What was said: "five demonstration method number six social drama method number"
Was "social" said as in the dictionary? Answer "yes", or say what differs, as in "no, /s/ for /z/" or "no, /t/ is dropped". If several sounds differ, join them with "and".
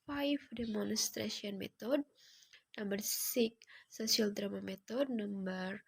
no, /ʃ/ is dropped